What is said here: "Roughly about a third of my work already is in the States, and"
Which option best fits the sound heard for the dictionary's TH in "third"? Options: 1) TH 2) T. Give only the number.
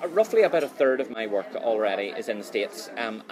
1